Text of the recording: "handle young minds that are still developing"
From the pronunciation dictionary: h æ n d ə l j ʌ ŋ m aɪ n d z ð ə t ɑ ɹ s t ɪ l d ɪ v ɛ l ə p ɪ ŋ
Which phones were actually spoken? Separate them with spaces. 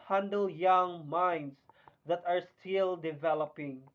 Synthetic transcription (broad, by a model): h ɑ n d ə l j ʌ ŋ m aɪ n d s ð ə t ɑ ɹ s t ɪ l d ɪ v ɛ l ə p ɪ ŋ